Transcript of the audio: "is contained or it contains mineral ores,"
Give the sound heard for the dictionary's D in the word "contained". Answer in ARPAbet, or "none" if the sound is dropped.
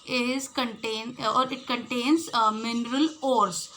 none